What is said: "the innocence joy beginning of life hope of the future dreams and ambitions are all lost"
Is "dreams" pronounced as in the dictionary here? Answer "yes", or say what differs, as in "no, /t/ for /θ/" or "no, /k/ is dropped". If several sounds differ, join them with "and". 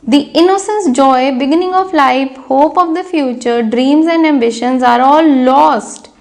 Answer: yes